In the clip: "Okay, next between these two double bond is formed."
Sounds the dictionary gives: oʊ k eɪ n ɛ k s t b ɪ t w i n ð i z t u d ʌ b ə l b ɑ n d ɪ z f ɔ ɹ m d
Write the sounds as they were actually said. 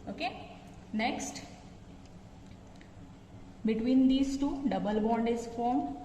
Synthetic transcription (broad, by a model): oʊ k eɪ n ɛ k s t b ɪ t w i n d i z t u d ʌ b ə l b ɑ n d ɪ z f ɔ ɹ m